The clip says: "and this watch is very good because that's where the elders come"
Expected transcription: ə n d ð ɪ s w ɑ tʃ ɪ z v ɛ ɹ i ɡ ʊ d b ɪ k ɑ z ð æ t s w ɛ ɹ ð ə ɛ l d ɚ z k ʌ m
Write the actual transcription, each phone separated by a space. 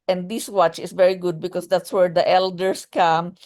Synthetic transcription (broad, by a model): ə n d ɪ s w ɑ tʃ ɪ s v ɛ ɹ i ɡ ʊ d b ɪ k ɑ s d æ t s w ɛ ɹ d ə ɛ l d ɚ s k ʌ m